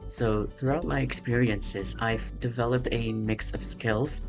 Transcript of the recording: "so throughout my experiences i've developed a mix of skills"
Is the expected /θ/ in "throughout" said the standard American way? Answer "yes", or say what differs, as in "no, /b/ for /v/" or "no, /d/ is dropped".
yes